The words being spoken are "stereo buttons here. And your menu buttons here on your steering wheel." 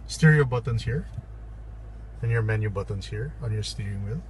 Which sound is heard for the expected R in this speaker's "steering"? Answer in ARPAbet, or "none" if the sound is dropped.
none